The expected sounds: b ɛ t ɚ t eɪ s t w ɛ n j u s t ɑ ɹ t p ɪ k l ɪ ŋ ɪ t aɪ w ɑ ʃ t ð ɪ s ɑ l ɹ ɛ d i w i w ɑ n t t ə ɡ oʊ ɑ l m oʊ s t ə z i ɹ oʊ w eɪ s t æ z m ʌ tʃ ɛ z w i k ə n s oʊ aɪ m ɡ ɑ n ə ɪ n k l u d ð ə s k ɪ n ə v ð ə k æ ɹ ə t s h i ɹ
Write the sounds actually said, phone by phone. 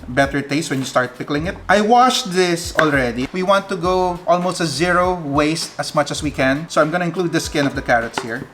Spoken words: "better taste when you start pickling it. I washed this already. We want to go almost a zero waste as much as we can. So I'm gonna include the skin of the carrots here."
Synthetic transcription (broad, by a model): b ɛ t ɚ t eɪ s t w ɛ n j u s t ɑ ɹ t p ɪ k l ɪ ŋ ɪ t aɪ w ɑ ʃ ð ɪ s ɑ l ɹ ɛ d i w i w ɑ n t t ə ɡ oʊ ɑ l m oʊ s t ə s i ɹ oʊ w eɪ s t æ s m ʌ tʃ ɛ s w i k ə n s oʊ aɪ m ɡ ɑ n ə ɪ n k l u d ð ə s k ɪ n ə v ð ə k æ ɹ ə t s h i ɹ